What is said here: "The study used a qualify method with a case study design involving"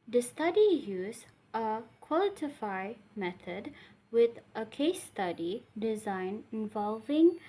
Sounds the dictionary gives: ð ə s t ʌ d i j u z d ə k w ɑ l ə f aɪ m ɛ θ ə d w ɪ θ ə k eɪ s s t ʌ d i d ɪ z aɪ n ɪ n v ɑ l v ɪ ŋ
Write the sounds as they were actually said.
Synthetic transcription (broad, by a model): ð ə s t ʌ d i j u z ə k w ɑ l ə f aɪ m ɛ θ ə d w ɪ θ ə k eɪ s s t ʌ d i d ɪ z aɪ n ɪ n v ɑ l v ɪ ŋ